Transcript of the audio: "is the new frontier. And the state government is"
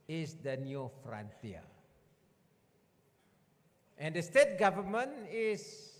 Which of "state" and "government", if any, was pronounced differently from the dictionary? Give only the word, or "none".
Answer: government